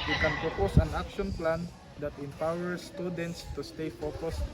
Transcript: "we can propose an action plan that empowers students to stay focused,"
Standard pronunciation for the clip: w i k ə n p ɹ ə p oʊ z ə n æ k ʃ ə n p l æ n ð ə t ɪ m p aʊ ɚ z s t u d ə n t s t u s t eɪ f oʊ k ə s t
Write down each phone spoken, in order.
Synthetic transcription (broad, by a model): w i k ə n p ɹ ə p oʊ s ə n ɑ k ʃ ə n p l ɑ n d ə t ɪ m p aʊ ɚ s t u d ə n t s t u s t eɪ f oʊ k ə s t